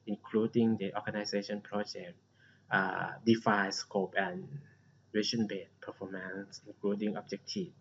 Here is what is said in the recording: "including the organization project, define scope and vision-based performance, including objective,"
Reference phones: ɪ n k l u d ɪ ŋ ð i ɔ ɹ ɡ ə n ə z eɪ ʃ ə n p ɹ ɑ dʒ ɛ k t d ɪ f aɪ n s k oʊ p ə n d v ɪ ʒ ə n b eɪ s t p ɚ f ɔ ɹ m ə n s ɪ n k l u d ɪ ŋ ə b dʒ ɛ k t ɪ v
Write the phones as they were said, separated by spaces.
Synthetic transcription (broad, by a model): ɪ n k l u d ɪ ŋ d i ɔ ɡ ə n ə s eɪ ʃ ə n p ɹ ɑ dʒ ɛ k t d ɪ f aɪ s k oʊ p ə n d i ʃ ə n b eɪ t p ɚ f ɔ m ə n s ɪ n k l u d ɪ ŋ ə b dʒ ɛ k t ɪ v